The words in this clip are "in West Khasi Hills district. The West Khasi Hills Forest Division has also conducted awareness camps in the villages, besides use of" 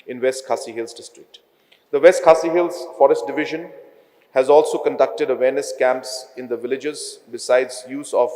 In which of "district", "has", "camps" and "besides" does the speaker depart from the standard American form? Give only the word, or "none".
none